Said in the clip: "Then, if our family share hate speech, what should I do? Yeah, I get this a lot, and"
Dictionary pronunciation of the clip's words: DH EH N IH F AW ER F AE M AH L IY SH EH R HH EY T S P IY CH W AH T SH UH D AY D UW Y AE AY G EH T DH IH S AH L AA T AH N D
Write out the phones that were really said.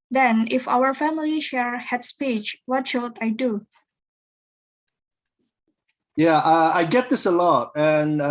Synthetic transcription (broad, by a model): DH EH N IH F AW ER F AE M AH L IY SH EH R HH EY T S P IY CH W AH T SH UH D AY D UW Y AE AY G EH T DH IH S AH L AA T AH N